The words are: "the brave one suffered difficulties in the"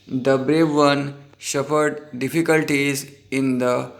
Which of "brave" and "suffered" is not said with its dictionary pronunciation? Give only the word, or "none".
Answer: suffered